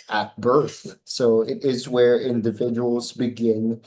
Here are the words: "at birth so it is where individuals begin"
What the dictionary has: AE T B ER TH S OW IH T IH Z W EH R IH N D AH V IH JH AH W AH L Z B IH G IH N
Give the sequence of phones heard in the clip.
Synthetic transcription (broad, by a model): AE T B ER TH S OW IH T IH Z W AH R IH N D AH V IH JH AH W L Z B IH G IH N